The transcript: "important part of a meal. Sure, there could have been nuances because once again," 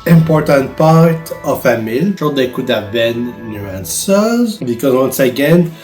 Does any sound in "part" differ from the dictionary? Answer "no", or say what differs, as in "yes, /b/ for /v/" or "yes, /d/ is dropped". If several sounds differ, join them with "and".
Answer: no